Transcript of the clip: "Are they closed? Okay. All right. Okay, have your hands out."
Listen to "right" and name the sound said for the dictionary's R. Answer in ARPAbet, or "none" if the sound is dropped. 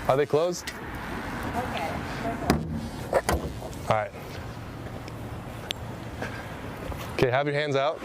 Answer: R